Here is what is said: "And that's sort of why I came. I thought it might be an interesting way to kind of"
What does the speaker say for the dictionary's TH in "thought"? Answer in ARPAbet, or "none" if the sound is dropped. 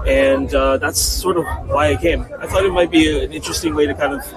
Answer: TH